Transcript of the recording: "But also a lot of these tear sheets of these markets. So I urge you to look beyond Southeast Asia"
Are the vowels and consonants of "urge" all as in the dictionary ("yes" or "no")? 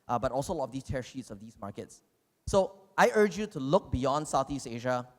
yes